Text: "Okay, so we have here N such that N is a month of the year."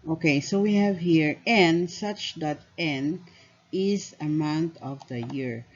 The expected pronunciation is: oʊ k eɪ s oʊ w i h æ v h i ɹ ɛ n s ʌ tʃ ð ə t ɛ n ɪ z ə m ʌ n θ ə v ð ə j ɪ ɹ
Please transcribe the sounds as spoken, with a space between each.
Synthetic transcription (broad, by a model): oʊ k eɪ s oʊ w i h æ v h i ɹ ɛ n s ʌ tʃ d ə t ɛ n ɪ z ə m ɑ n t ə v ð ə j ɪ ɹ